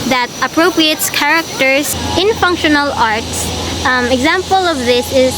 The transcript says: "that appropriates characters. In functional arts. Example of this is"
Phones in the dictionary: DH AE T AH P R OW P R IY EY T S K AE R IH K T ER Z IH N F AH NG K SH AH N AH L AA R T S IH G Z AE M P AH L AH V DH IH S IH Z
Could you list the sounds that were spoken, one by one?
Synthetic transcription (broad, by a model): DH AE T AH P R OW P R IY EY T S K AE R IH K T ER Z IH N F AH NG K SH AH N AH L AA R T S IH G Z AE M P AH L AH V DH IH S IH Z